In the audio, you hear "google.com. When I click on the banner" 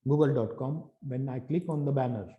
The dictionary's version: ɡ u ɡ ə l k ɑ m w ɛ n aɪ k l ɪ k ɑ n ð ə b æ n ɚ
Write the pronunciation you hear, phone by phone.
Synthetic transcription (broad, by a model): ɡ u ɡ ə l k ɑ m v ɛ n aɪ k l ɪ k ɑ n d ə b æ n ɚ